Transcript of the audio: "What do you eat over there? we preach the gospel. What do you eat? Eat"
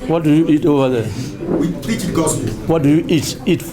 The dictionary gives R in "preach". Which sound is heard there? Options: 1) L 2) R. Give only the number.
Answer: 1